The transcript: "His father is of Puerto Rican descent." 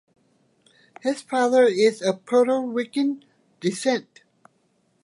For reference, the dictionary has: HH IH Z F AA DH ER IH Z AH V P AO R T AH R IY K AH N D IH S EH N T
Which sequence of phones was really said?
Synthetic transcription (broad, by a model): HH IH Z F AA DH ER IH Z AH P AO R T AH W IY K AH N D IH S EH N T